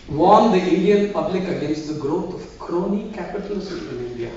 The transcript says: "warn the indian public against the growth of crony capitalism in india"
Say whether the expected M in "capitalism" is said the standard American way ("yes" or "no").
no